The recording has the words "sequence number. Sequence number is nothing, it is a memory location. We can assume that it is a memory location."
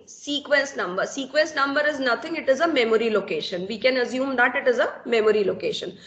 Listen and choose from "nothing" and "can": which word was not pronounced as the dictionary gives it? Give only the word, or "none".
nothing